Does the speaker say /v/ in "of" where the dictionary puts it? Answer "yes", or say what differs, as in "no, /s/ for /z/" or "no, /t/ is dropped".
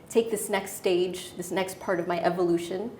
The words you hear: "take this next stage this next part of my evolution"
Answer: yes